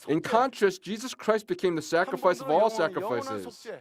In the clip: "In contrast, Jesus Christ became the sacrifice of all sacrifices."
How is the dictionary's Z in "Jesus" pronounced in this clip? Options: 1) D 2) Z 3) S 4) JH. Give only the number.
2